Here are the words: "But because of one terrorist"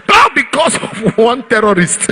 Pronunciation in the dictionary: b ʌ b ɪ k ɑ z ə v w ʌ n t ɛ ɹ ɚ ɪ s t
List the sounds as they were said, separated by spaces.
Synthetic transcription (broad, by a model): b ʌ b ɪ k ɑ s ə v w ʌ n t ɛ ɹ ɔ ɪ s t